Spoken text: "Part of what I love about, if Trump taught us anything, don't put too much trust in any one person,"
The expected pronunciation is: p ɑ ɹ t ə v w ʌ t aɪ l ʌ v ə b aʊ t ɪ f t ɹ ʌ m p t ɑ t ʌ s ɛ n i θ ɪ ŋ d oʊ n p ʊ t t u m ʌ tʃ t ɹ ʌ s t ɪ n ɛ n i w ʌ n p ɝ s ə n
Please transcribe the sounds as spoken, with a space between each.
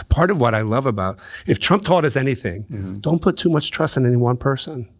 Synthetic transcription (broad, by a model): p ɑ ɹ t ə v w ʌ t aɪ l ʌ v ə b aʊ t ɪ f t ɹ ʌ m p t ɑ t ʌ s ɛ n i θ ɪ ŋ d oʊ n p ʊ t t u m ʌ tʃ t ɹ ʌ s t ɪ n ɛ n i w ʌ n p ɝ s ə n